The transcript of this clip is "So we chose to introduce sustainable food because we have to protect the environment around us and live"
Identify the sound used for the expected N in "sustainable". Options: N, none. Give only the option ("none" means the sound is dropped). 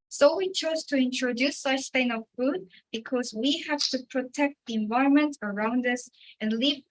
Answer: none